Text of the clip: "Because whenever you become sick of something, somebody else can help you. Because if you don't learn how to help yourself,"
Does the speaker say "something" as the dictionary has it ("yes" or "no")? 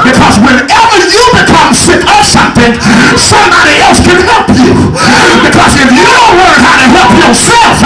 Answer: yes